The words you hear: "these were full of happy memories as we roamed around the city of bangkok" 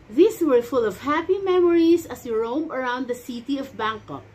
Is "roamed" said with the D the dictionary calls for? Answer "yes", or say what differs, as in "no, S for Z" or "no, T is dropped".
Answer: no, D is dropped